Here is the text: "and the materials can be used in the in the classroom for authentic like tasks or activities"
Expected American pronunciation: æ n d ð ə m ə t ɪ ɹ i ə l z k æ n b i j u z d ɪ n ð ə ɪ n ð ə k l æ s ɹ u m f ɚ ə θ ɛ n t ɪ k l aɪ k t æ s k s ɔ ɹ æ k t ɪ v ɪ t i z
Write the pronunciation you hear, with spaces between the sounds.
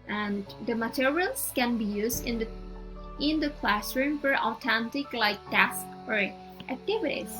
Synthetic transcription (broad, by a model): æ n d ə m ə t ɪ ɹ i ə l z k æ n b i j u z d ɪ n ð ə ɪ n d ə k l æ s ɹ u m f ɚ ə t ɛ n t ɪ k l aɪ k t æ s k ɔ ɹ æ k t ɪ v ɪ t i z